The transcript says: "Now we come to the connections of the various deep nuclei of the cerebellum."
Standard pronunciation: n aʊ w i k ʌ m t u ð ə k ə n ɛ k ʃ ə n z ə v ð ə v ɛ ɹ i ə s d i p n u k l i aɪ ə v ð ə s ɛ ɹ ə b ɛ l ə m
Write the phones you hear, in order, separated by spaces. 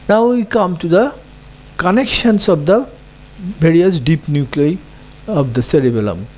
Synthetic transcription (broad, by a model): n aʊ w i k ʌ m t u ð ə k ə n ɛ k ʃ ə n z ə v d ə b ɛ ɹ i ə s d i p n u k l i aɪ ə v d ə s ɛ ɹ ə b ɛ l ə m